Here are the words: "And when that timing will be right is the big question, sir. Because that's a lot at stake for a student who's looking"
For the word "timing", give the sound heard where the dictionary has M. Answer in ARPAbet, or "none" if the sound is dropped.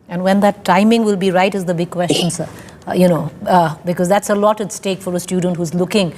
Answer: M